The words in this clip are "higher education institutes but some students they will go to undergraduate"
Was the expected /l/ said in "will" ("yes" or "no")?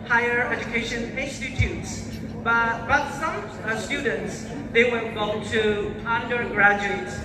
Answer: no